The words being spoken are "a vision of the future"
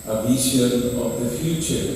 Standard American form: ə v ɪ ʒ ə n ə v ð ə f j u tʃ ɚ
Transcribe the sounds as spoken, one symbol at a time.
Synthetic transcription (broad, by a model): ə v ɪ ʃ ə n ə v ð ə f j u tʃ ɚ